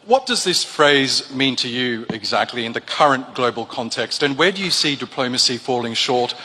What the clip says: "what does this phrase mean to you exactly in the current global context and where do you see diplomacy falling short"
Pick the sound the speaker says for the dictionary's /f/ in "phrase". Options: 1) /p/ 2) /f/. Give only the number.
2